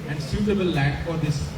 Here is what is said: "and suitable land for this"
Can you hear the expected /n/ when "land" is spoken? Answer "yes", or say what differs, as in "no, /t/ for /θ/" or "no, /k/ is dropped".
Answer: no, /n/ is dropped